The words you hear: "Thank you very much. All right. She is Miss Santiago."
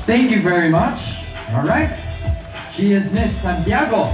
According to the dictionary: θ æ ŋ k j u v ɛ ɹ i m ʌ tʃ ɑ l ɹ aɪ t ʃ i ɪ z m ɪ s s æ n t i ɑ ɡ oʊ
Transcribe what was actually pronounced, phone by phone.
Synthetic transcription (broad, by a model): θ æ ŋ k j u v ɛ ɹ i m ʌ tʃ ɑ l ɹ aɪ t ʃ i ɪ z m ɪ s s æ n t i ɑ ɡ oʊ